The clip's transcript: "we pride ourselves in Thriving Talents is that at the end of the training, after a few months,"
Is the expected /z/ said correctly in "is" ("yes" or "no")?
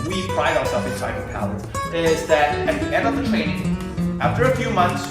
yes